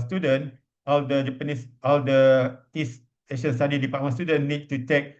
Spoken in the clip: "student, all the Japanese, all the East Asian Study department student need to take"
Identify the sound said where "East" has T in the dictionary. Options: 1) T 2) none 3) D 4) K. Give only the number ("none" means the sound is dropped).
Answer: 2